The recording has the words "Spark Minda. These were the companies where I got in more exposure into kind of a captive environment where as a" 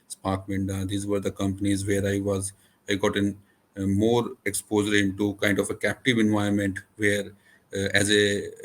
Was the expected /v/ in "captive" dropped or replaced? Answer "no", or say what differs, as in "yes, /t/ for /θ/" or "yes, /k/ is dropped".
no